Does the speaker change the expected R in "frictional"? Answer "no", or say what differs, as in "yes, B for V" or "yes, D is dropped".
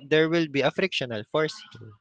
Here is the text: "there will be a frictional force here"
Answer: no